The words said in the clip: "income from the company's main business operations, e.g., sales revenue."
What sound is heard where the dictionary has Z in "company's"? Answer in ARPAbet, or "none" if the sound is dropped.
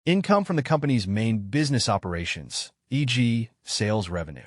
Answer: Z